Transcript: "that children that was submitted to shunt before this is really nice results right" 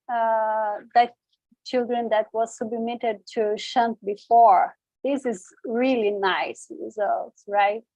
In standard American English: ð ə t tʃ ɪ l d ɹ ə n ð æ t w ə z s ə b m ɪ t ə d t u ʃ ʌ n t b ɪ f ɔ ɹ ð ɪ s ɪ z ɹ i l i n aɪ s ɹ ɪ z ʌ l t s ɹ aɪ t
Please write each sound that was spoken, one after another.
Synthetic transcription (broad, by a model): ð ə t tʃ ɪ l d ɹ ə n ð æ t w ə z s ə b m ɪ t ə d t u ʃ ʌ n t b ɪ f ɔ ɹ ð ɪ s ɪ z ɹ i l i n aɪ s ɹ ɪ z ʌ l t s ɹ aɪ t